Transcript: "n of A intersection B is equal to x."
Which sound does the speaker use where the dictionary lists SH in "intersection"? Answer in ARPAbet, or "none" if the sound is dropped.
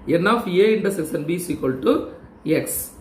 S